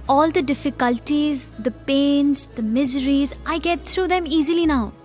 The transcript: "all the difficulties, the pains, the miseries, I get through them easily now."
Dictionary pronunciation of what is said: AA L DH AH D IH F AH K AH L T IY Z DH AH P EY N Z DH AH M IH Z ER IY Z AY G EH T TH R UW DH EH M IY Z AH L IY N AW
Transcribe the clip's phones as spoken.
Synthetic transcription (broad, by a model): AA L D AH D IH F AH K AH L T IY Z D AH P EY N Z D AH M IH Z ER IY Z AY G EH T T R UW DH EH M IY Z AH L IY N AW